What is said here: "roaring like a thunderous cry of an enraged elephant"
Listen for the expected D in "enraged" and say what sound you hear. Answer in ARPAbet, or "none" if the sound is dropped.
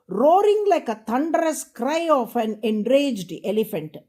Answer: D